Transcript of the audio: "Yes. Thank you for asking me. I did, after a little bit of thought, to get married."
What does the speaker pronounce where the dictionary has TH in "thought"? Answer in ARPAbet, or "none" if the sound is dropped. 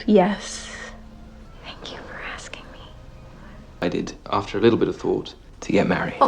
TH